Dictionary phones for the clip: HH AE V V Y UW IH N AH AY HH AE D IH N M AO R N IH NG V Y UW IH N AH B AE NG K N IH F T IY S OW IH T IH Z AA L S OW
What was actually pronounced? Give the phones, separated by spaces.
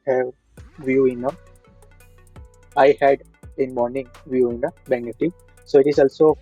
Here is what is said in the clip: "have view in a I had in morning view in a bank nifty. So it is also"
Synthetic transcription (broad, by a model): HH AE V V Y UW IH N AH AY HH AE D IH N M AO R N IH NG V Y UW IH N AH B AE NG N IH T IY S OW IH T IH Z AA L S OW